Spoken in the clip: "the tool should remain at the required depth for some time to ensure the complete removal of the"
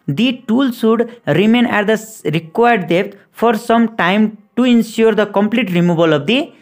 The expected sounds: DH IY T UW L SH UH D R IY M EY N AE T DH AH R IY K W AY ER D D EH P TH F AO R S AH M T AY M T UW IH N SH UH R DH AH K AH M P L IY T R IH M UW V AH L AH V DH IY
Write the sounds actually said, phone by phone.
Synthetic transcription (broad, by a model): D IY T UW L S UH D R IY M EY N AE T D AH R IY K W AY ER D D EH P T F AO R S AH M T AY M T UW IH N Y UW R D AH K AH M P L IY T R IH M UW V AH L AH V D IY